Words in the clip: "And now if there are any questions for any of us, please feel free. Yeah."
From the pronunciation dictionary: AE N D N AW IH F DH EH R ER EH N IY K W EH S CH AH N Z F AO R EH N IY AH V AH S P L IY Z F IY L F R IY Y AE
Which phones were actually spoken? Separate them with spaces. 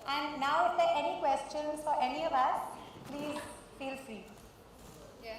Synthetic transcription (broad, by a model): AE N D N AW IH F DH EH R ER EH N IY K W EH S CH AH N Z F AO R EH N IY AH V AH S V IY F IY L F R IY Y